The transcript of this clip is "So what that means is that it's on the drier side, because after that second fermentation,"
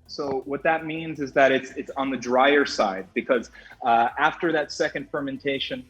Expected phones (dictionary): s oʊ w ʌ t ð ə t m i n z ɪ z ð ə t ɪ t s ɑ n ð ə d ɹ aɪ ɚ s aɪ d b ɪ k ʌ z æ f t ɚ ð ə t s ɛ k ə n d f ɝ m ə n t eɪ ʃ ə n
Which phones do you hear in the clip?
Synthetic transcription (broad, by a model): s oʊ w ʌ t ð ə t m i n z ɪ z ð ə t ɪ t s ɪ n ð ə d ɹ aɪ ɚ s aɪ d b ɪ k ʌ z æ f t ɚ ð ə t s ɛ k ə n d f ɝ m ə n t eɪ ʃ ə n